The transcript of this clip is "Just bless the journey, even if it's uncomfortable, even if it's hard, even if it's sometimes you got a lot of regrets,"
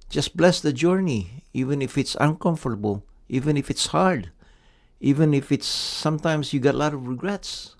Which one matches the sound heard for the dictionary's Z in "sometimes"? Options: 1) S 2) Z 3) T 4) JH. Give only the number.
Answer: 1